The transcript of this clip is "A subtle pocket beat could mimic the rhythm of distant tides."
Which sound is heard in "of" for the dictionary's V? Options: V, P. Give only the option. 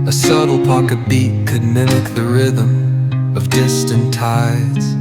V